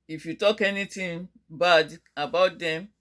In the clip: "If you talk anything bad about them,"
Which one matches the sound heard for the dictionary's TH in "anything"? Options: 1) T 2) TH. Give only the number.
1